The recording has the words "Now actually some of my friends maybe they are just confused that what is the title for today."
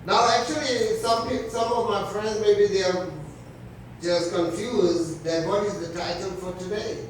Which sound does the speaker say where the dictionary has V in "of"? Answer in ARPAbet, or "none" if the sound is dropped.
V